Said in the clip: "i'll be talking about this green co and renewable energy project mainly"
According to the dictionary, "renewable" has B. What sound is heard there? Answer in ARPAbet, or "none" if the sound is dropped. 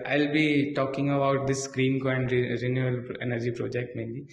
none